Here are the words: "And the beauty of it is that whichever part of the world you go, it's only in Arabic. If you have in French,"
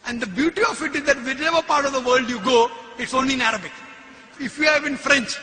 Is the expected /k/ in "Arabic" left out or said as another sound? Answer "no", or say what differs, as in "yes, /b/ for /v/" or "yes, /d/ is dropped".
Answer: no